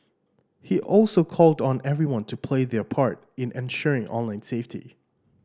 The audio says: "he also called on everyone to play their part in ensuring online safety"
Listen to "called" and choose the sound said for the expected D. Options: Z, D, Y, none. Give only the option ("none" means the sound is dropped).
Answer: D